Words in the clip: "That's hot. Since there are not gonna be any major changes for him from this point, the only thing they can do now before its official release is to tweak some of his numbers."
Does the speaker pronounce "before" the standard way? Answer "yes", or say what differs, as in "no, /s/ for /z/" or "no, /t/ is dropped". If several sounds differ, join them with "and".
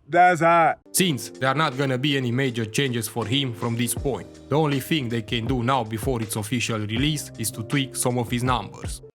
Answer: yes